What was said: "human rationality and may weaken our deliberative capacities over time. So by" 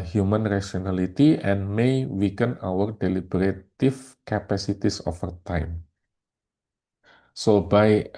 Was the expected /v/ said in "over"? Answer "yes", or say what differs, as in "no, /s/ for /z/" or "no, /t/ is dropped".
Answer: no, /f/ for /v/